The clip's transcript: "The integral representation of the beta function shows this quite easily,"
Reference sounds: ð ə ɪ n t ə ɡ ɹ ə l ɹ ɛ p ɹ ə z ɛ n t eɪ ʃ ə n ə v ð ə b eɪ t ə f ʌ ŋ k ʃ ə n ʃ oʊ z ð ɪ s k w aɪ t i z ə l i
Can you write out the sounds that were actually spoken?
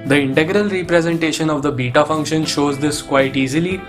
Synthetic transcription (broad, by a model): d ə ɪ n t ə ɡ ɹ ə l ɹ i p ɹ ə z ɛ n t eɪ ʃ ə n ə v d ə b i t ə f ʌ ŋ k ʃ ə n ʃ oʊ z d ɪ s k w aɪ t i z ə l i